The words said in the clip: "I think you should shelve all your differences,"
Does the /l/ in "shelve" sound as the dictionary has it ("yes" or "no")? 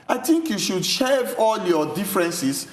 no